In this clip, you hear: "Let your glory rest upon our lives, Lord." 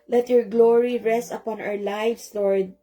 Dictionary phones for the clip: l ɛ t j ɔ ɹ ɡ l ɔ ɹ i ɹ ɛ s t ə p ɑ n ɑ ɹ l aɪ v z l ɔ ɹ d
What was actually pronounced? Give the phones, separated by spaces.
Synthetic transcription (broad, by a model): l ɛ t j ɔ ɹ ɡ l ɔ ɹ i ɹ ɛ s t ə p ɑ n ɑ w l aɪ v s l ɔ ɹ d